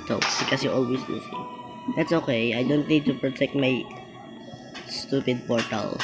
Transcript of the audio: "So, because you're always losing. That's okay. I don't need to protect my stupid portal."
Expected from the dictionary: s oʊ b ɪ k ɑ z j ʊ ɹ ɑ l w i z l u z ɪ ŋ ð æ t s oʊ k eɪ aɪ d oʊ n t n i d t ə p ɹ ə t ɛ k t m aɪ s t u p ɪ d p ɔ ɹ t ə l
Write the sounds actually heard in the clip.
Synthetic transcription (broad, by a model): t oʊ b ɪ k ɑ s j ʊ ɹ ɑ l w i s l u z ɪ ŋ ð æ t s oʊ k eɪ aɪ d oʊ n t n i d t ə p ɹ ə t ɛ k t m aɪ s t u p ɪ d p ɔ ɹ t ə l